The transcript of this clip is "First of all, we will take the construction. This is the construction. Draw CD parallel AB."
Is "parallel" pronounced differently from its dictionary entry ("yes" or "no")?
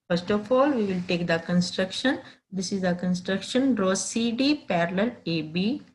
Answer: no